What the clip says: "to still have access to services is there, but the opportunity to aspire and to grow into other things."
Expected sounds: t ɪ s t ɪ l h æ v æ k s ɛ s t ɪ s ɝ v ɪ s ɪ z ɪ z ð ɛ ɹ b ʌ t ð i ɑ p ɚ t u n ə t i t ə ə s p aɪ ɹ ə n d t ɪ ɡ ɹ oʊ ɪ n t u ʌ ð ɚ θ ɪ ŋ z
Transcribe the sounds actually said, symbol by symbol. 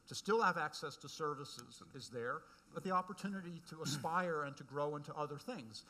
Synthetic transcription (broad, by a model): t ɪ s t ɪ l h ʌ v æ k s ɛ s t ɪ s ɝ v ɪ s ɪ z ɪ z ð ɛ ɹ b ʌ t ð i ɑ p ɚ t u n ə t i t ə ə s p aɪ ɹ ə n t ɪ ɡ ɹ oʊ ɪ n t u ʌ ð ɚ θ ɪ ŋ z